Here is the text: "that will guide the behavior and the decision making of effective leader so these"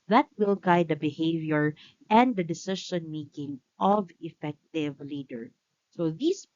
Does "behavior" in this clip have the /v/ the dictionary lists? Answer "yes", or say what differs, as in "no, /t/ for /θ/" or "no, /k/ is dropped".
yes